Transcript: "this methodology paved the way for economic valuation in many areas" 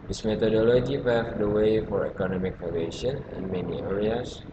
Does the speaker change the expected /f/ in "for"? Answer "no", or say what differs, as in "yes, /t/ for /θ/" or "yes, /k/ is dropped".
no